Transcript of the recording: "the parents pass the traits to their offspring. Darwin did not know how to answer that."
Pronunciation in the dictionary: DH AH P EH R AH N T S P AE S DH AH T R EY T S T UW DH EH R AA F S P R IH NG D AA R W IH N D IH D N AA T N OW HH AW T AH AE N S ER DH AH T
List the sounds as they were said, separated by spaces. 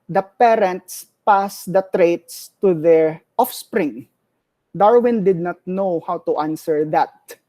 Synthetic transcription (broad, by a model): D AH P EH R AH N T S P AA S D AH T R EY T S T UW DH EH R AA F S P R IH NG D AA R W IH N D IH D N AA T N OW HH AW T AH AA N S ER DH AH T